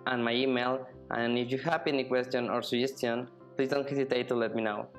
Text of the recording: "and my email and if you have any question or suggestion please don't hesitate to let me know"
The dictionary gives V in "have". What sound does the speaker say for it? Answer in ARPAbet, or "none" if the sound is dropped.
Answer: P